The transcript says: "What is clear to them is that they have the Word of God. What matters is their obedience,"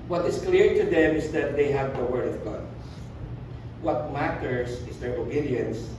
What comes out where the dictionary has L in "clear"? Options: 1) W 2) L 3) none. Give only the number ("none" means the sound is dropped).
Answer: 2